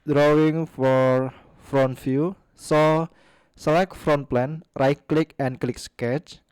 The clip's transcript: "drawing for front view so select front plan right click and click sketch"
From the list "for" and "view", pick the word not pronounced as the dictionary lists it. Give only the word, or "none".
view